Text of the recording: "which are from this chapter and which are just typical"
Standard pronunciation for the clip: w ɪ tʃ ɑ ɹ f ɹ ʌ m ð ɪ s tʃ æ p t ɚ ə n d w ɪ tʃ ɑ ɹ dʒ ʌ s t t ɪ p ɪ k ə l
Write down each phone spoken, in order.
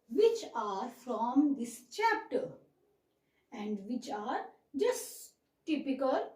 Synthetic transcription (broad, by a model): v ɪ tʃ ɑ ɹ f ɹ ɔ m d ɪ s tʃ æ p t ɚ ə n d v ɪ tʃ ɑ ɹ dʒ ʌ s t t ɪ p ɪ k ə l